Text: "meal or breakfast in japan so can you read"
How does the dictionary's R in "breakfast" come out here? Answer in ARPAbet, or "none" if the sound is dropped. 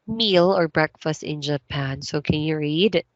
R